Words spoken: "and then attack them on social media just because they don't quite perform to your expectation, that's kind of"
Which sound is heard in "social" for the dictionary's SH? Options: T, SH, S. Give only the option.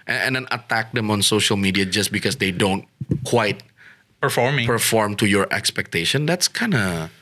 SH